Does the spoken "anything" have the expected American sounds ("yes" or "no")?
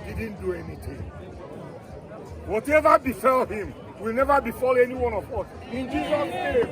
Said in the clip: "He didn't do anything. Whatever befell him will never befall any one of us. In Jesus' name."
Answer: no